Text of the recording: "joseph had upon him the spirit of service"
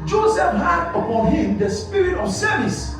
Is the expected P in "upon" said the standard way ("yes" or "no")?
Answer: yes